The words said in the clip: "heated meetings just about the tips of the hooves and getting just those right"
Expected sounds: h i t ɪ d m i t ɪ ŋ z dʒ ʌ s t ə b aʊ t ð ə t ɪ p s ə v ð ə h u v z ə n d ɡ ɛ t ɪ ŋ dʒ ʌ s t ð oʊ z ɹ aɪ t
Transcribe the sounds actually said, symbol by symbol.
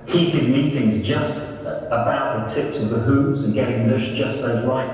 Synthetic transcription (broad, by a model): h i t ɪ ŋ m i t ɪ ŋ z dʒ ʌ s t ə b aʊ t ð ə t ɪ p s ə v ð ə h u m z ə n ɡ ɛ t ɪ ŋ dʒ ʌ s ð oʊ z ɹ aɪ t